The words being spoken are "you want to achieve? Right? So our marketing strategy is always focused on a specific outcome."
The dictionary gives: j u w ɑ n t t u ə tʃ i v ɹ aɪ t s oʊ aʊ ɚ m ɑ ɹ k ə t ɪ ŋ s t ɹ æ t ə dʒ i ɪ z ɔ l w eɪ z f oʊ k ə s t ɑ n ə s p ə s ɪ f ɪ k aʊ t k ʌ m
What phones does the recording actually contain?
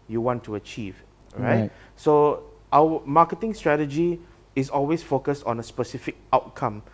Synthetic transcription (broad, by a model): j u w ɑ n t t u ə tʃ i v ɹ aɪ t s oʊ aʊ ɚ m ɑ k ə t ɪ ŋ s t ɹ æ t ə dʒ i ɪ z ɔ l w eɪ s f oʊ k ə s t ɑ n ə s p ə s ɪ f ɪ k aʊ t k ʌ m